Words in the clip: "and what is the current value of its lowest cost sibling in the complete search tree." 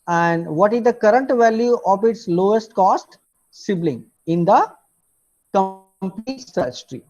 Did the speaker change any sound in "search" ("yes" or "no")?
yes